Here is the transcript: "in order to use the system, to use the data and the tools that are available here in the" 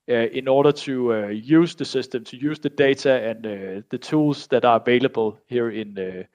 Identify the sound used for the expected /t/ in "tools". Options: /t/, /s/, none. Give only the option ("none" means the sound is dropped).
/s/